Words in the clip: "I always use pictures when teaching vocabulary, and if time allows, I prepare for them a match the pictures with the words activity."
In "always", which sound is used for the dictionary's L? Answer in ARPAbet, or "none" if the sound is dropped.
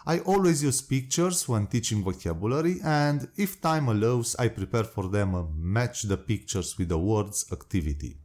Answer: L